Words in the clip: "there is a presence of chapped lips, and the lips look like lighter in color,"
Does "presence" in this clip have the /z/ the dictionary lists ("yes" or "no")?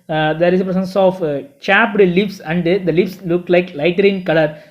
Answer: no